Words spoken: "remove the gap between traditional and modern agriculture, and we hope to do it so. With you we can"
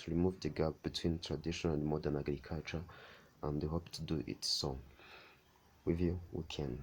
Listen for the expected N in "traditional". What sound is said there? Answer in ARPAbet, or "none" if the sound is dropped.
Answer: none